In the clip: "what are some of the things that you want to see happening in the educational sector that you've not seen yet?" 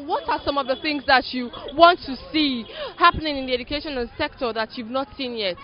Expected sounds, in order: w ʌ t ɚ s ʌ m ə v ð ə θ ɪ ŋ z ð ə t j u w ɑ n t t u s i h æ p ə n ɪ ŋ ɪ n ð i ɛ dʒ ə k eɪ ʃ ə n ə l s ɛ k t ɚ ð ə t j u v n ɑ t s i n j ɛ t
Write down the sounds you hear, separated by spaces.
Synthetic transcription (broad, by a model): w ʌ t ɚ s ʌ m ə v ð ə θ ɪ ŋ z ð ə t j u w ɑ n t t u s i h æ p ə n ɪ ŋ ɪ n ð i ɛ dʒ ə k eɪ ʃ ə n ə n s ɛ k t ɚ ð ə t j u v n ɑ t s i n j ɛ t